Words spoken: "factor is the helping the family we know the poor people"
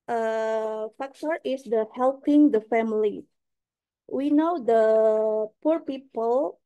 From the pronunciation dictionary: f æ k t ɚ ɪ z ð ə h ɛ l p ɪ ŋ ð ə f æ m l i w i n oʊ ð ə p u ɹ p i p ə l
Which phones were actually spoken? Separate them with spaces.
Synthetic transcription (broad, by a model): f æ k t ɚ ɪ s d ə h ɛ l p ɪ ŋ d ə f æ m l i w i n oʊ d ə p u ɹ p i p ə l